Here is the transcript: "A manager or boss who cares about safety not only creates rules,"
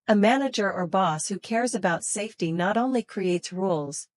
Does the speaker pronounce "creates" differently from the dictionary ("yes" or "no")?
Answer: no